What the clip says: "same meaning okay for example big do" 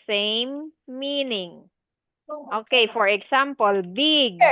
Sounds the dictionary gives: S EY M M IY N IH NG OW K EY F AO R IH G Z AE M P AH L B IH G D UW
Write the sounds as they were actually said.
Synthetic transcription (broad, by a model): S EY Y M IY N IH NG OW K EY F AO R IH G S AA M P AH L B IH G